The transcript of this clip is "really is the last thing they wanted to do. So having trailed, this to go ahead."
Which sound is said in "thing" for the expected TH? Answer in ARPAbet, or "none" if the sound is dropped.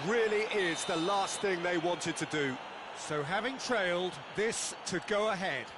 TH